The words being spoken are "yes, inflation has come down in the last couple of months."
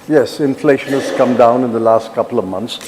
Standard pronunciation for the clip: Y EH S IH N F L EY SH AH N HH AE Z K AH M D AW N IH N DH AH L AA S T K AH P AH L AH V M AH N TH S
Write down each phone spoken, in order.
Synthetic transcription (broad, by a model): Y EH S IH N F L EY SH AH N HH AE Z K AH M D AW N IH N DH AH L AA S T K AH P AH L AH V M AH N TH S